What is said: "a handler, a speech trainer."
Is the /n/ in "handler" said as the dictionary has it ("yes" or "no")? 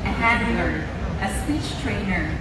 no